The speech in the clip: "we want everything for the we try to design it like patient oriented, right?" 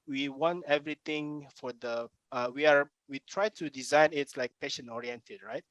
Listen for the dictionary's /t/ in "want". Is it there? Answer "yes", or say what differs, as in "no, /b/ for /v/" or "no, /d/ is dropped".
yes